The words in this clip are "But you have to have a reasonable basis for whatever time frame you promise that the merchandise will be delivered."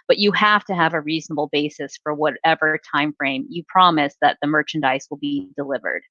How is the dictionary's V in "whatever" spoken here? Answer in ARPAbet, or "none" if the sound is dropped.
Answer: V